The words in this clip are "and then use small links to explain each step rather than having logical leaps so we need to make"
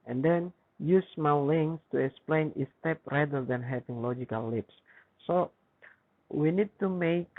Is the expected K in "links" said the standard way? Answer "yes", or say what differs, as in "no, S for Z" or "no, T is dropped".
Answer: no, K is dropped